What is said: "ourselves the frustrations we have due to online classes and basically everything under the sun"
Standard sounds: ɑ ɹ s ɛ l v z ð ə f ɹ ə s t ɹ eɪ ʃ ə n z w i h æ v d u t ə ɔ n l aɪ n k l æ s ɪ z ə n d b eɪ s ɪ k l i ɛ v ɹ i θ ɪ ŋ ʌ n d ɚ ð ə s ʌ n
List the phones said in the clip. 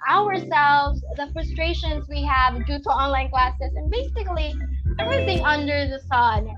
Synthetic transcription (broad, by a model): ɑ ɹ s ɛ l v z ð ə f ɹ ə s t ɹ eɪ ʃ ə n z w i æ v d u t ə ɔ n l aɪ n k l æ s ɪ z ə n b eɪ s ɪ k l i ɛ v ɹ i θ ɪ ŋ ʌ n d ɚ ð ə s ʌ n